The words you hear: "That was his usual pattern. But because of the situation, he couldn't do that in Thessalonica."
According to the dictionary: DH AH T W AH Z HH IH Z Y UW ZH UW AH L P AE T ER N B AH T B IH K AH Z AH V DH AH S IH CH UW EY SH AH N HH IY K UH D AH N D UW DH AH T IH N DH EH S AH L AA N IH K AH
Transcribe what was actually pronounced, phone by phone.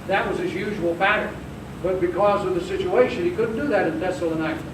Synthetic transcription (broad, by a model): DH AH T W AH Z IH Z Y UW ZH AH L B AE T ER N B AH T B IH K AH Z AH V DH AH S IH CH UW EY SH AH N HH IY K UH D N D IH DH AH T IH N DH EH S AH L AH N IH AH